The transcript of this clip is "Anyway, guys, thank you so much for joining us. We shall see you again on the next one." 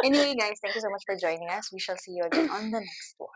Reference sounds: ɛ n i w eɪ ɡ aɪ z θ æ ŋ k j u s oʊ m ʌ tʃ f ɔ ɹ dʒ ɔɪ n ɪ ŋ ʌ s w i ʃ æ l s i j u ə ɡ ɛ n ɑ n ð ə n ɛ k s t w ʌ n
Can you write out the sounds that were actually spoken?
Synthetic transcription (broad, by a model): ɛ n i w eɪ ɡ aɪ z t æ ŋ k j u s oʊ m ʌ tʃ f ɔ ɹ dʒ ɔɪ n ɪ ŋ ʌ s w i ʃ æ l s i j u ə ɡ ɛ n ɑ n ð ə n ɛ k s t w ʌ